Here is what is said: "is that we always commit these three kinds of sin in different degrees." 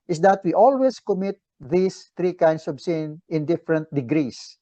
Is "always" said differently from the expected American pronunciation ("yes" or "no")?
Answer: yes